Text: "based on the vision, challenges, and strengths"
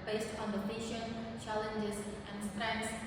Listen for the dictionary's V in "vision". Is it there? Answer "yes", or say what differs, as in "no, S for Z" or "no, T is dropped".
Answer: no, P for V